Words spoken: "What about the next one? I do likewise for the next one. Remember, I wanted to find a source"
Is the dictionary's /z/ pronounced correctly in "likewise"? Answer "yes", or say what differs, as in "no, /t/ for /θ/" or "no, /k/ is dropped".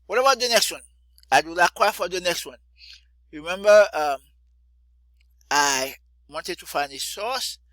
no, /z/ is dropped